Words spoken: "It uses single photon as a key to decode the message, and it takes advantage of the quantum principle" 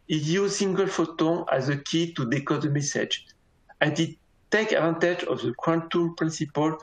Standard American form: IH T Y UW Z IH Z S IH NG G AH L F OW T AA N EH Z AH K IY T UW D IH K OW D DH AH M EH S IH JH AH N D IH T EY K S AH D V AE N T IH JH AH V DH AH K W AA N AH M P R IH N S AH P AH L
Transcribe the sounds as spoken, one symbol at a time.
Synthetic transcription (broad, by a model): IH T Y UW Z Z S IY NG G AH L F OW T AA EH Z AH K IY T UW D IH K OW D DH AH M EH S IH JH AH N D IH T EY K AH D V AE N T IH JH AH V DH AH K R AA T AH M P R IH N S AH P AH L